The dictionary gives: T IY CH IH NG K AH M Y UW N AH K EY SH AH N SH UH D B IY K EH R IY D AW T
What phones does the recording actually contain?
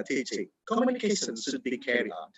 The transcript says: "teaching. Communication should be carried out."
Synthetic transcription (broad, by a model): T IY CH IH K AH M Y UW N AH K EY SH AH N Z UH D B IY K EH R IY AW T